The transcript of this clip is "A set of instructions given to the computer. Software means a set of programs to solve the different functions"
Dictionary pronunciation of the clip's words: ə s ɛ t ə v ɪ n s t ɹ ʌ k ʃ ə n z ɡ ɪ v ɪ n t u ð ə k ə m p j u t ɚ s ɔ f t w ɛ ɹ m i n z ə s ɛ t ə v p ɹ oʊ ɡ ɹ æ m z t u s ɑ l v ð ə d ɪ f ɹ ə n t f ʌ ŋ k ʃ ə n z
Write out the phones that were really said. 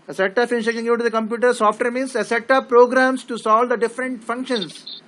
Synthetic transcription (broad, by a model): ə s ɛ t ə p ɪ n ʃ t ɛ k ə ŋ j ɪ t u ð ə k ə m p j u t ɚ s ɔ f t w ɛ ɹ m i n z ə s ɛ t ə p ɹ oʊ ɡ ɹ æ m s t u s ɑ l v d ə d ɪ f ɹ ə n t f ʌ ŋ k ʃ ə n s